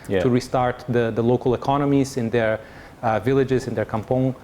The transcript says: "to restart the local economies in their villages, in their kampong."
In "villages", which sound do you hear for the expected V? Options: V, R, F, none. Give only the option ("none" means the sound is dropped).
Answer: V